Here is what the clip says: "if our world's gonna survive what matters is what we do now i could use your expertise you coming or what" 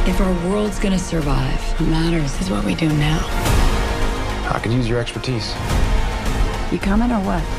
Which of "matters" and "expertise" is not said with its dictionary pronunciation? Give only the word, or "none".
none